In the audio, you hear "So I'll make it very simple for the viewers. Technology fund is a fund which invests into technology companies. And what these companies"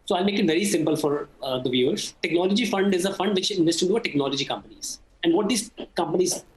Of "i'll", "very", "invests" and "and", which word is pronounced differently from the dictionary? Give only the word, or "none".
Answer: invests